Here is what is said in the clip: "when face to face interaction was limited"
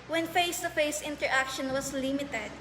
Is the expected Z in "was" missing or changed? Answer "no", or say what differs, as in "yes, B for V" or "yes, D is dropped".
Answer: yes, S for Z